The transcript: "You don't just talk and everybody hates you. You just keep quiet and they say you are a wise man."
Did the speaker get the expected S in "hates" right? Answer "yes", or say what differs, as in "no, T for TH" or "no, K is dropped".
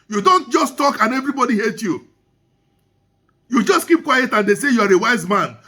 no, S is dropped